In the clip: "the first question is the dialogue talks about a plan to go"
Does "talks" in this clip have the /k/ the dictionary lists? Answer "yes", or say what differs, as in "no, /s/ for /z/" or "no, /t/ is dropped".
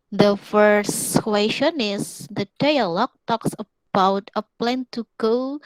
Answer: yes